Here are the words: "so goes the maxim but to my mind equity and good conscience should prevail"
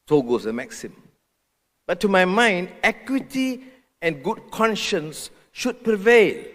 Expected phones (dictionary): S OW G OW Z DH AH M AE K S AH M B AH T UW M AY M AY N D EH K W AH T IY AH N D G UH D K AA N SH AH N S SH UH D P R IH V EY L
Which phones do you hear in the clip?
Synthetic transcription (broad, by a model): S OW G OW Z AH M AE K S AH M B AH T UW M AY M AY N D EH K W AH T IY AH N G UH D K AA N SH AH N S SH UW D P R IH V EY L